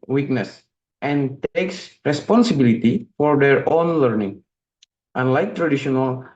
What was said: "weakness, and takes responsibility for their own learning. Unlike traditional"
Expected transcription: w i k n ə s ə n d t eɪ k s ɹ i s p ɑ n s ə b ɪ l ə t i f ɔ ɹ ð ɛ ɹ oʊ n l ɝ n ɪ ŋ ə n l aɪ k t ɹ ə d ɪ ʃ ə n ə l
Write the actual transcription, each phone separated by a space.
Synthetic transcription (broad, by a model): w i k n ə s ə n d t eɪ k s ɹ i s p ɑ n s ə b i l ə t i f ɔ ɹ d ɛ ɹ oʊ n l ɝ n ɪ ŋ ə n l aɪ k t ɹ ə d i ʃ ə n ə l